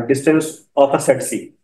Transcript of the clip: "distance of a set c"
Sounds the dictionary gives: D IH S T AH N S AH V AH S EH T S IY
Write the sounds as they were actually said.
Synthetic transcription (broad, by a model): D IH S T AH N S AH P AH S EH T S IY